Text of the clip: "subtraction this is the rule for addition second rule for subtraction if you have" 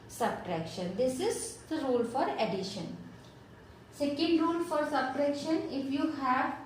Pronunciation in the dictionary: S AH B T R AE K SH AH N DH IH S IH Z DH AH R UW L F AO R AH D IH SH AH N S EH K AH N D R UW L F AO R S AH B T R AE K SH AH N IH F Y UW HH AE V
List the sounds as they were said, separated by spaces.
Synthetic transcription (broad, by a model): S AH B T R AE K SH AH N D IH S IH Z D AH R UW L F AO R AH D IH SH AH N S EH K AH N D R UW L F AO R S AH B T R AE K SH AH N IH F Y UW HH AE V